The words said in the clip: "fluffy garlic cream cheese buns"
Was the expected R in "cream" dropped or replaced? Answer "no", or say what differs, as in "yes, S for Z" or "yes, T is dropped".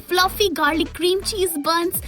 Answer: no